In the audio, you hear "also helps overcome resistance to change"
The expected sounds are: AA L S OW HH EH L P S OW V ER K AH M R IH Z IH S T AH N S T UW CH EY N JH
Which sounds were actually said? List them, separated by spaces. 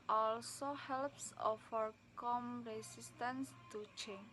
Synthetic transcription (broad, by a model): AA L S OW HH EH L P S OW F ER K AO M R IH S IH S T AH N S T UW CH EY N